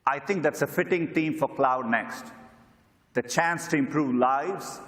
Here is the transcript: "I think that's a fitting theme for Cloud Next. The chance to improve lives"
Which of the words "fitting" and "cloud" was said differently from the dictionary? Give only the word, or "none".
none